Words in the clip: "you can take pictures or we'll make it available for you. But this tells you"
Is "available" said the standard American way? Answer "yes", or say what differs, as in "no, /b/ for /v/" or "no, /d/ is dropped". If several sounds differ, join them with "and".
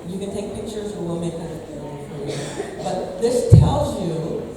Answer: no, /l/ is dropped and /b/ is dropped